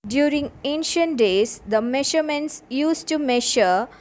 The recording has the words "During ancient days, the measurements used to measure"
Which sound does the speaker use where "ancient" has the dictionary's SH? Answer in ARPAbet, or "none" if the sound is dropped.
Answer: SH